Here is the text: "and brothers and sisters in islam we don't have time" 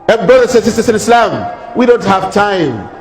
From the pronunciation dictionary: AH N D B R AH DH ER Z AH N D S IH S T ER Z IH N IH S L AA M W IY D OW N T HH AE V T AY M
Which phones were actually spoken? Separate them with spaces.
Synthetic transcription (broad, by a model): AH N B R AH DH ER S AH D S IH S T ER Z IH N IH S L AA M W IY D OW N T HH AE V T AY M